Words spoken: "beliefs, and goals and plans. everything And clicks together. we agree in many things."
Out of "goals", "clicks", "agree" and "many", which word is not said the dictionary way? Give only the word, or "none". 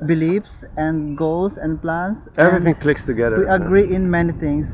goals